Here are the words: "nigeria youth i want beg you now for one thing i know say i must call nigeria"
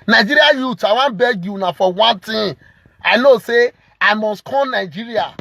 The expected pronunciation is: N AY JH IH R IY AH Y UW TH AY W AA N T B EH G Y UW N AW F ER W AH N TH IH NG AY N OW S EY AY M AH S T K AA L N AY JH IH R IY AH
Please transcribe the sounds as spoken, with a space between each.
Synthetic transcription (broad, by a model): N AY JH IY R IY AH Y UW T AY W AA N B EH G Y UW N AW F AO W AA N T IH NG AY N OW S EY AY M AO S T K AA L N AY JH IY R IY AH